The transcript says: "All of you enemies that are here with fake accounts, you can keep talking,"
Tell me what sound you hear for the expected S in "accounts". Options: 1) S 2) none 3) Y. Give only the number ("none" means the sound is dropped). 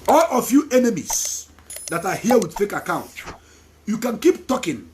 2